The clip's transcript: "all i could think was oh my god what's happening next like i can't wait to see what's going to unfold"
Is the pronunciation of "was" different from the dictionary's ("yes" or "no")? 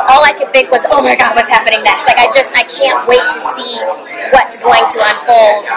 no